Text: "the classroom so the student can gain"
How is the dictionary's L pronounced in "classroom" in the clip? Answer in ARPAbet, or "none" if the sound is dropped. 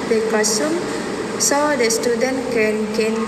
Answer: none